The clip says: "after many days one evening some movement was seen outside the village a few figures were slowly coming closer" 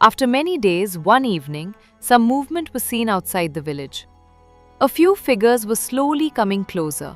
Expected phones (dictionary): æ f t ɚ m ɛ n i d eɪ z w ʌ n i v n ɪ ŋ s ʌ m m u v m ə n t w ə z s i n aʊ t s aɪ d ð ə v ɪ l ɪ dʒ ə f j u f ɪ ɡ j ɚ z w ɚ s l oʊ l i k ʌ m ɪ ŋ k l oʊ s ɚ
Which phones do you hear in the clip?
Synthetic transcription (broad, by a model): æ f t ɚ m ɛ n i d eɪ z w ʌ n i v n ɪ ŋ s ʌ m m u v m ə n t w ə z s i n aʊ t s aɪ d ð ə v ɪ l ɪ dʒ ə f j u f ɪ ɡ ɚ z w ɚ s l oʊ l i k ʌ m ɪ ŋ k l oʊ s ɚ